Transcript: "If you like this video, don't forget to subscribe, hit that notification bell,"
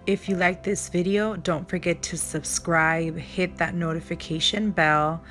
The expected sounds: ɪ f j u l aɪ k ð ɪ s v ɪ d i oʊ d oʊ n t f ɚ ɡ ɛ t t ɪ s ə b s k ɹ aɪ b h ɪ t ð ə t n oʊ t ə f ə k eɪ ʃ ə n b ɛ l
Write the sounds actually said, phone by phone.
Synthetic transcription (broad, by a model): ɪ f j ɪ l aɪ k ð ɪ s v ɪ d i oʊ d oʊ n t f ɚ ɡ ɛ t t ɪ s ə b s k ɹ aɪ b h ɪ t ð ə t n oʊ t ə f ə k eɪ ʃ ə n b ɛ l